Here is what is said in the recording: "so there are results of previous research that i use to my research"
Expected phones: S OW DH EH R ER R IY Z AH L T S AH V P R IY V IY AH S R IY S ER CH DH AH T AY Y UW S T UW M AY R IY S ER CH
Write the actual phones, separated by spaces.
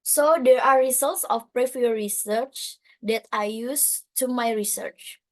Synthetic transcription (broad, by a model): S OW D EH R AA R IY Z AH L T S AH F P R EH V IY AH R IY S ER CH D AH T AY Y UW S T UW M AY R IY S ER CH